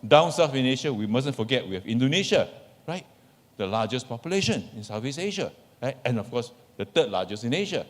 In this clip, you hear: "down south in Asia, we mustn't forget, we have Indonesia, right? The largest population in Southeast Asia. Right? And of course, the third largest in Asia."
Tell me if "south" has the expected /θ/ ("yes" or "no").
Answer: no